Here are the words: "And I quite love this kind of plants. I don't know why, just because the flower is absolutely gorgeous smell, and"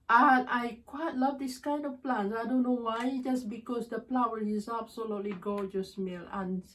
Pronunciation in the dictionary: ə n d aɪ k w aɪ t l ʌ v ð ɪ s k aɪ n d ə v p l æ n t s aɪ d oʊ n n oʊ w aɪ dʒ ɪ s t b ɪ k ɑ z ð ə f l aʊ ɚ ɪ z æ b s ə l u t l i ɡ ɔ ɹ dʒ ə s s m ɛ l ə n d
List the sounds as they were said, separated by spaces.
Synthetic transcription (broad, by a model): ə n aɪ k w aɪ t l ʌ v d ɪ s k aɪ n d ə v p l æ n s aɪ d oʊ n n oʊ w aɪ dʒ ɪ s b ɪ k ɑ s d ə p l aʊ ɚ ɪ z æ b s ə l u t l i ɡ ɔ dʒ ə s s m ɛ l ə n